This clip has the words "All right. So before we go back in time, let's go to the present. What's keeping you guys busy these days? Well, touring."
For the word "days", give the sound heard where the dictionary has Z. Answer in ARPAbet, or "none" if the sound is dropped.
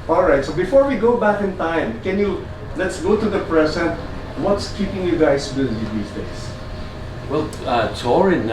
S